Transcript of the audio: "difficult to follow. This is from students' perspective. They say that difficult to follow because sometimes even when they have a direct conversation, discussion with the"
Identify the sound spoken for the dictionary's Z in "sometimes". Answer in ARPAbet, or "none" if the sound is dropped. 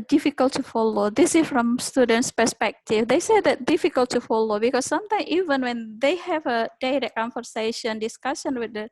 none